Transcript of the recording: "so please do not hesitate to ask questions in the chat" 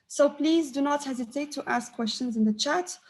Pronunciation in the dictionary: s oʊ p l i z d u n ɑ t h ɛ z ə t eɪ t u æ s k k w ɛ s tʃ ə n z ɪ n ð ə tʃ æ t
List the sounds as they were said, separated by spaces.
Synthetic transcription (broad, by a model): s oʊ p l i z d u n ɑ t h ɛ z ə t eɪ t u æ s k k w ɛ s tʃ ə n z ɪ n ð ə tʃ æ t